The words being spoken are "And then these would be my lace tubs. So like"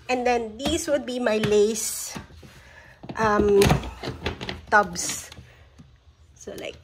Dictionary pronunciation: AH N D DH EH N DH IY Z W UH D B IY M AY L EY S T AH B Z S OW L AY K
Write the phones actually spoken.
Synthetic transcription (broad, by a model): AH N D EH N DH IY S W UH D B IY M AY L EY S T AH B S S OW L AY K